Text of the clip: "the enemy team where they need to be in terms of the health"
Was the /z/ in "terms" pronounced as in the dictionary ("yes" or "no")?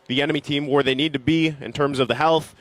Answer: yes